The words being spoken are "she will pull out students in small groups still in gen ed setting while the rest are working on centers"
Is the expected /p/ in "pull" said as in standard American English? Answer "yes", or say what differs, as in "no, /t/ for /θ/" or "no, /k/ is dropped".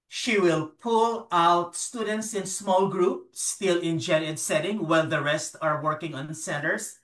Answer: yes